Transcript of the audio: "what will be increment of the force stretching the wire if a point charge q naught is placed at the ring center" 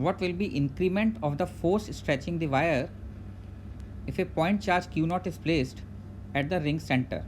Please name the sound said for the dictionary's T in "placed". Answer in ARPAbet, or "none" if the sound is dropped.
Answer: T